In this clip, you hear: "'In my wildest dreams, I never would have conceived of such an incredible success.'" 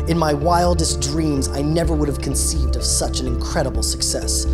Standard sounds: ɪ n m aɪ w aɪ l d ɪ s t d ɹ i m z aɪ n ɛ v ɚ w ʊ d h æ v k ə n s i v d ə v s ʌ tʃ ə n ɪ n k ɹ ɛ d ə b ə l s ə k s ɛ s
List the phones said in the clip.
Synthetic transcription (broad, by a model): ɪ n m aɪ w aɪ l d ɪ s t d ɹ i m z aɪ n ɛ v ɚ w ʊ d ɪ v k ə n s i v d ə v s ʌ tʃ ə n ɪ n k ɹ ɛ d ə b l s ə k s ɛ s